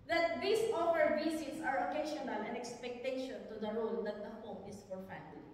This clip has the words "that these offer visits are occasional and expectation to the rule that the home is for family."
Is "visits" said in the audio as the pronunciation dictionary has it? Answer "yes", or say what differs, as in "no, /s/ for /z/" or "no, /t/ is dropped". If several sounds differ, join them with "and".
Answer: no, /s/ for /z/